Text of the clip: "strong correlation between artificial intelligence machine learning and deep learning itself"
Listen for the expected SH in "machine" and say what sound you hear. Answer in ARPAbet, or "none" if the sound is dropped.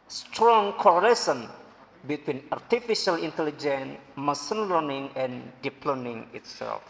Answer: S